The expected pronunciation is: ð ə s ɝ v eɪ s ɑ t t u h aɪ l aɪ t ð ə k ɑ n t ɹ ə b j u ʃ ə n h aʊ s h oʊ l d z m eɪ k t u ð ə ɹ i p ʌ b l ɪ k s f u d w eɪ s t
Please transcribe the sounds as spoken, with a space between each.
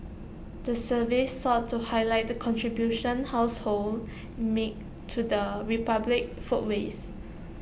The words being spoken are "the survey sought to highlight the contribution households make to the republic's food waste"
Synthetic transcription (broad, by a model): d ə s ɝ v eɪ s ɑ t t u h aɪ l aɪ t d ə k ɑ n t ɹ ə b j u ʃ ə n h aʊ s h oʊ l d m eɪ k t u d ə ɹ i p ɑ b l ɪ k f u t w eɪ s